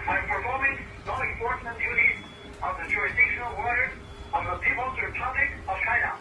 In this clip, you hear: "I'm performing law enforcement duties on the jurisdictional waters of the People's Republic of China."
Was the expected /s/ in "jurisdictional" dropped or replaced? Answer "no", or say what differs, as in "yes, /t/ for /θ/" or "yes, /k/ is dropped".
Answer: yes, /s/ is dropped